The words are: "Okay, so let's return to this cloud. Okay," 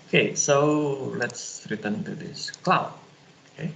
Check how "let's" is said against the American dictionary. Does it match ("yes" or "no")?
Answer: yes